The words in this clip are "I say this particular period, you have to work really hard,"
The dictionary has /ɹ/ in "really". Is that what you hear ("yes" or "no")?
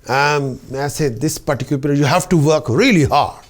yes